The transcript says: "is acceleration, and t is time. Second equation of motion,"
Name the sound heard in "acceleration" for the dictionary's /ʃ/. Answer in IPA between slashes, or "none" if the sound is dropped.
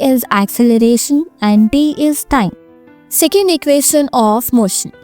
/ʃ/